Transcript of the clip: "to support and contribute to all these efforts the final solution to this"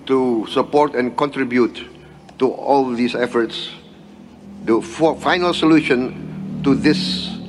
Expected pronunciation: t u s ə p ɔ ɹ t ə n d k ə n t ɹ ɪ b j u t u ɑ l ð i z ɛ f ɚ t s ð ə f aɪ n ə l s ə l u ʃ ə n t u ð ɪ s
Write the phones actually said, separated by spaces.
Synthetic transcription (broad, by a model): t u s ə p ɔ ɹ t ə n k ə n t ɹ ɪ b j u t u ɑ l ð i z ɛ f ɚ t s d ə f aɪ n ə l s ə l u ʃ ə n t u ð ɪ s